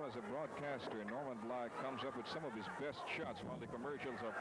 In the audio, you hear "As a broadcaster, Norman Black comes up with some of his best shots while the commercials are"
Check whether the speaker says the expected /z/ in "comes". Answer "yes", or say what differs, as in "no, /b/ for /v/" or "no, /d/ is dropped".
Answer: yes